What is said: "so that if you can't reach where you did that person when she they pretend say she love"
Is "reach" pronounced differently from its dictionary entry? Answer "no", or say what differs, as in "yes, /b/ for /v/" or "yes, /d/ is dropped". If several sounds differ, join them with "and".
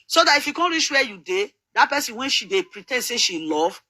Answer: yes, /ʃ/ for /tʃ/